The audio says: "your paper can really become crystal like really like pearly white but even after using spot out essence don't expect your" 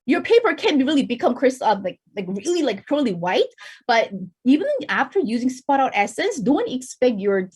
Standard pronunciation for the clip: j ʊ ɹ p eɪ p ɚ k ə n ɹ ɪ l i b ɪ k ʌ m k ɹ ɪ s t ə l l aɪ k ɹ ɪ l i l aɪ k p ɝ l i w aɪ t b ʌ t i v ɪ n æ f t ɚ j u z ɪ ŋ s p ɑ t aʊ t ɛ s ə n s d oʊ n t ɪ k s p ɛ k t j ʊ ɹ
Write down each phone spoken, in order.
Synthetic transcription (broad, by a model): j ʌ ɹ p eɪ p ɚ k ə n ɹ ɪ l i b ɪ k ʌ m k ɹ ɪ s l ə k l aɪ k ɹ ɪ l i l aɪ k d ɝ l i w aɪ t b ʌ t i v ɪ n æ f t ɚ j u z ɪ ŋ s p ɑ t aʊ t ɛ s ə n s d oʊ n t ɪ k s p ɛ k t j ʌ ɹ